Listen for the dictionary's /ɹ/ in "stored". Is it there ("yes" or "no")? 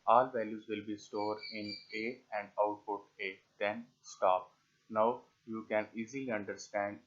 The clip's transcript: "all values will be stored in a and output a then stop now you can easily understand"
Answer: yes